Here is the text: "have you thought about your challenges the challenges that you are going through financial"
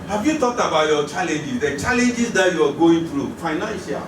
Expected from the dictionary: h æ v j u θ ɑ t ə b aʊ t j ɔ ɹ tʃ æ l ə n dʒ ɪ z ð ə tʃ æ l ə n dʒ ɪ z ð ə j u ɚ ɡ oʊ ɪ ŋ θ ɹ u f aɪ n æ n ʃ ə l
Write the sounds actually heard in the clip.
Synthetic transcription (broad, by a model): h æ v j u t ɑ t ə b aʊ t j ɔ tʃ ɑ l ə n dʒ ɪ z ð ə tʃ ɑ l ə n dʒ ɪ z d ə j u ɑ ɡ oʊ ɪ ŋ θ ɹ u f aɪ n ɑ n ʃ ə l